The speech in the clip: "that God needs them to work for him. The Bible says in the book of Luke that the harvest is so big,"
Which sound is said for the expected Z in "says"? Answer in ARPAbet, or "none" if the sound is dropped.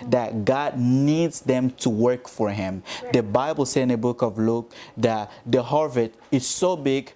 none